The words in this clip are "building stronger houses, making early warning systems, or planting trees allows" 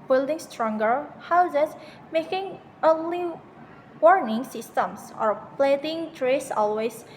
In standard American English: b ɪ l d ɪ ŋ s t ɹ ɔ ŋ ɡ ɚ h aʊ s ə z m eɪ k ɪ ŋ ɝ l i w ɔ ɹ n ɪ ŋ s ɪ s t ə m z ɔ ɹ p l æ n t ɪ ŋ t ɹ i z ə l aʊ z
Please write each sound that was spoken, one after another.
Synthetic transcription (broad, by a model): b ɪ l d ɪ ŋ s t ɹ ɔ ŋ ɡ ɚ h aʊ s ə s m eɪ k ɪ ŋ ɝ l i w ɔ ɹ n ɪ ŋ s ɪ s t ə m s ɔ ɹ p l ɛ t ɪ ŋ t ɹ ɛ s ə l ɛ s